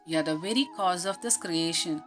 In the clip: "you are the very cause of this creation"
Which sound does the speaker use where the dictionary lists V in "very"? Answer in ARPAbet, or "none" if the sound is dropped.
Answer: V